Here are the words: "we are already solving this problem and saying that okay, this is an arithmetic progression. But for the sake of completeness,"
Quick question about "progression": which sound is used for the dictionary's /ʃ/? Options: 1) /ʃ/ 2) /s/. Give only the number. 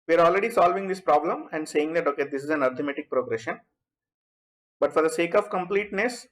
1